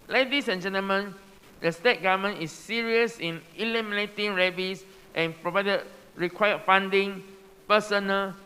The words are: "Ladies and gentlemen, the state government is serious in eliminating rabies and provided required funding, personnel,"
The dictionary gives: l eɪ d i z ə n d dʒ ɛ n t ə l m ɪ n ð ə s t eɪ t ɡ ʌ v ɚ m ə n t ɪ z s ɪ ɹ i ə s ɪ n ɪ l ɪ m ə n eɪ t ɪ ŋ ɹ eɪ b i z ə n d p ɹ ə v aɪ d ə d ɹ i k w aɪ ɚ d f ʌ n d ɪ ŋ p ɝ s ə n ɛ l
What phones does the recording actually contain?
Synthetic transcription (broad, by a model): l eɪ d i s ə n dʒ ɛ n t ə l m ɪ n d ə s t eɪ t ɡ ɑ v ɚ m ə n ɪ s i ɹ i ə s ɪ n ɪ l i m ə n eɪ t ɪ ŋ ɹ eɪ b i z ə n p ɹ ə v aɪ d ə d ɹ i k w aɪ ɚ f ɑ n d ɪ ŋ p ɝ s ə n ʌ l